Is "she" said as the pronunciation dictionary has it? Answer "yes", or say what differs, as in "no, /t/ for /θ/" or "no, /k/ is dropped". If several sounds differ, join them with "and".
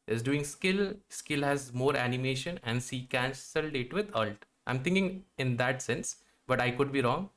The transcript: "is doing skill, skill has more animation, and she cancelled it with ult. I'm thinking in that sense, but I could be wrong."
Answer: no, /s/ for /ʃ/